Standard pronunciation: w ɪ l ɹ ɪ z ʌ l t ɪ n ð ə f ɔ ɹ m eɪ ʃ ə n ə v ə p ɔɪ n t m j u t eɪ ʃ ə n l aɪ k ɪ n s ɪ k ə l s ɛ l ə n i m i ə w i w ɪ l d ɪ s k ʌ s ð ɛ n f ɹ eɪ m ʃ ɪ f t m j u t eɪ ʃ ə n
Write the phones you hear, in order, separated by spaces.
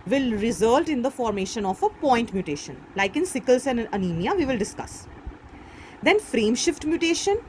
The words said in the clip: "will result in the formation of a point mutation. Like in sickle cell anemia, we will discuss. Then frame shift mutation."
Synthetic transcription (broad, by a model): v ɪ l ɹ ɪ z ʌ l t ɪ n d ə f ɔ ɹ m eɪ ʃ ə n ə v ə p ɔɪ n t m j u t eɪ ʃ ə n l aɪ k ɪ n s ɪ k ə l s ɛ n ə n i m i ə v i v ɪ l d ɪ s k ʌ s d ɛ n f ɹ eɪ m ʃ ɪ f t m j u t eɪ ʃ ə n